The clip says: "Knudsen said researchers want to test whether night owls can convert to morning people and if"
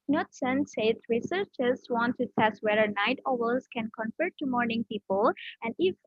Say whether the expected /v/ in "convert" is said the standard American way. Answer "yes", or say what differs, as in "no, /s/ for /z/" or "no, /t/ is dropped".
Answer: no, /f/ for /v/